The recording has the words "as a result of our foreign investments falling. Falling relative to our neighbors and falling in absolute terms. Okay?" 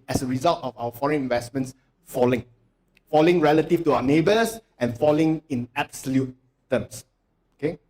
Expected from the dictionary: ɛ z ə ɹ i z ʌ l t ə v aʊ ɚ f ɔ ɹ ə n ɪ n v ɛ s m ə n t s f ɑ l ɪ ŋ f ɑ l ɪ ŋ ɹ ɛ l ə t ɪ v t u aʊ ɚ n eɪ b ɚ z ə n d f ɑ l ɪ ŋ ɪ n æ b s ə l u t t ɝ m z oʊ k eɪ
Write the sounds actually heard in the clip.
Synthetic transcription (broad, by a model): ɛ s ə ɹ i z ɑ l t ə f aʊ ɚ f ɔ ɹ ə n ɪ n v ɛ s m ə n t s f ɑ l ɪ ŋ f ɑ l ɪ ŋ ɹ ɛ l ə t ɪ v t u aʊ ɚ n eɪ b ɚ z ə n f ɑ l ɪ ŋ ɪ n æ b s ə l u t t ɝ m s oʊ k eɪ